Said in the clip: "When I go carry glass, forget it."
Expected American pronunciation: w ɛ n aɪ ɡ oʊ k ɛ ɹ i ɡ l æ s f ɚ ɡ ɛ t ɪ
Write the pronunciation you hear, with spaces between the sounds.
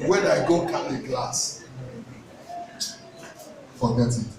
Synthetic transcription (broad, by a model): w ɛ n aɪ ɡ oʊ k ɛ l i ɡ l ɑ s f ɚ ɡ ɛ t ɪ